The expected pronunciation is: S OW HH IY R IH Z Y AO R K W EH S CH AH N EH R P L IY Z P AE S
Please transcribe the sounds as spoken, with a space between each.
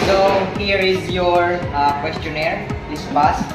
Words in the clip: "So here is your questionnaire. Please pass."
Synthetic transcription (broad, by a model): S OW HH IY R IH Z Y AO R K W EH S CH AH N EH R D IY S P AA S